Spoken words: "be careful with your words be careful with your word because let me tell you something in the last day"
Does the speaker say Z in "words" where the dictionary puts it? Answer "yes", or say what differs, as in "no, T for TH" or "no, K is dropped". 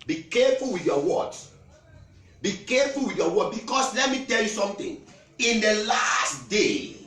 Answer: no, Z is dropped